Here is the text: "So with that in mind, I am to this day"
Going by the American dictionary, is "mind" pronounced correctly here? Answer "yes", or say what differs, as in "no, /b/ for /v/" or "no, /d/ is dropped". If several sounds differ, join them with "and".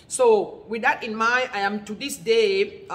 no, /d/ is dropped